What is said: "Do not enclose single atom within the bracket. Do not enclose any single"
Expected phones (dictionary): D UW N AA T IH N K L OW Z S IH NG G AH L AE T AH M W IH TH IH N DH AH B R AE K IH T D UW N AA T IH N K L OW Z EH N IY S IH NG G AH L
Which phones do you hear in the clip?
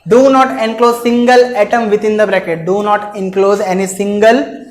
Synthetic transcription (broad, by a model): D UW N AA T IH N K L OW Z S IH NG G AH L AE T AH M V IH T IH N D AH B R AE K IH T D UW N AA T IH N K L OW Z EH N IY S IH NG G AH L